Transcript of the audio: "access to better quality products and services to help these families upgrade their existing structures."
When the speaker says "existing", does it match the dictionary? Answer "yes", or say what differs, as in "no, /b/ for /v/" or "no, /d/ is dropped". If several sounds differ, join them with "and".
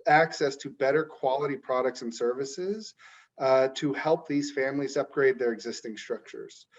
yes